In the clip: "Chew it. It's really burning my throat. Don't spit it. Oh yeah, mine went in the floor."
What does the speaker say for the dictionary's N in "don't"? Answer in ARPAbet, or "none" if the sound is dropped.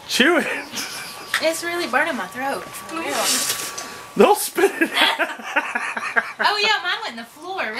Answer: L